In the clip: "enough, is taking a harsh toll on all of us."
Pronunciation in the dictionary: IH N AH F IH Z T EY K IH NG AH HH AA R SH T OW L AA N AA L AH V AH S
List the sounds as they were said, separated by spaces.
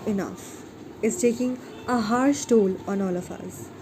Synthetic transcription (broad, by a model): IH N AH F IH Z T EY K IH NG AH HH AA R S T OW L AA N AA L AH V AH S